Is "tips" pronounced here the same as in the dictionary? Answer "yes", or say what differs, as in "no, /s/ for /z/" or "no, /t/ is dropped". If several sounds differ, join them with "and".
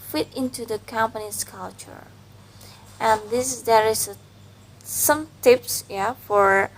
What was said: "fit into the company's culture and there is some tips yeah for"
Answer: yes